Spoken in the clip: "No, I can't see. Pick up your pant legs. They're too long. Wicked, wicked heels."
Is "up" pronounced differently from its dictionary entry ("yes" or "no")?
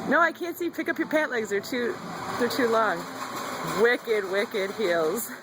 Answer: no